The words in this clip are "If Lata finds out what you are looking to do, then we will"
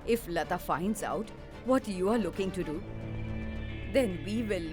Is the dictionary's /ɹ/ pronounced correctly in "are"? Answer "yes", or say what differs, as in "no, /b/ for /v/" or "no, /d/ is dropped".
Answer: yes